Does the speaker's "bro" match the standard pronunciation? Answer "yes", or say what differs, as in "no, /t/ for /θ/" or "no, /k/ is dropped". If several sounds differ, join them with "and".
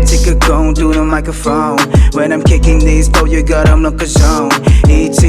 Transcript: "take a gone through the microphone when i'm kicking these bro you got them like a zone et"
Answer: no, /ɹ/ is dropped